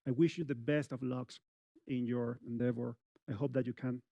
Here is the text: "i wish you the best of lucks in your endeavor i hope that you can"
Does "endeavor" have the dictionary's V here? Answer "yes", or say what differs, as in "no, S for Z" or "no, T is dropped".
no, F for V